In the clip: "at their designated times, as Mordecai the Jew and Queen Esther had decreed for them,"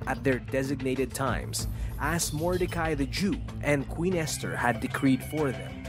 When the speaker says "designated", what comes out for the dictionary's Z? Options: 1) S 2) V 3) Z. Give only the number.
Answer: 3